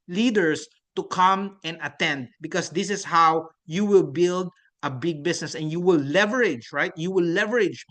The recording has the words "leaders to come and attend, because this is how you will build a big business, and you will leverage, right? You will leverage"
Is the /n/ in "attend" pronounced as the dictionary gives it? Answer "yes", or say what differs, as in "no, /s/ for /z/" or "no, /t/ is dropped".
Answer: yes